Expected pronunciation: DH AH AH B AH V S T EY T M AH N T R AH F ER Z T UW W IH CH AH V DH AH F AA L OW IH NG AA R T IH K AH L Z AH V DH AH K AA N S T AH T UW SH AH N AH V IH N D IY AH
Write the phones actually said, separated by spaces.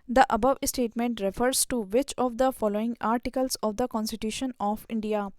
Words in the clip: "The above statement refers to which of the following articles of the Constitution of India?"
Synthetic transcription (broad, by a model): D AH AH B AH V S T EY T M AH N T R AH F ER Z T UW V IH CH AH V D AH F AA L OW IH NG AA R T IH K AH L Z AH V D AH K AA N S T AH T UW SH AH N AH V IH N D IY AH